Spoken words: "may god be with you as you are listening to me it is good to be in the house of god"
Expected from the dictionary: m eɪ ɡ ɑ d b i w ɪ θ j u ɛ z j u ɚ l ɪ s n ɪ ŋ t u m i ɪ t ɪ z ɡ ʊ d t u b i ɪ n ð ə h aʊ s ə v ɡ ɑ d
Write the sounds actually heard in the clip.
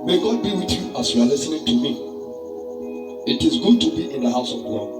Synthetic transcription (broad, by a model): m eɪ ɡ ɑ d b i w ɪ θ j u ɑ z j u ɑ l ɪ s n ɪ ŋ t u m i ɪ t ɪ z ɡ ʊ d t u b i ɪ n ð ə h aʊ s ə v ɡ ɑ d